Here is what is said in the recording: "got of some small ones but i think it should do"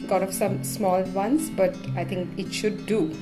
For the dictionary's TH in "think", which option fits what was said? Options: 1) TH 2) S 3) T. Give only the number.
3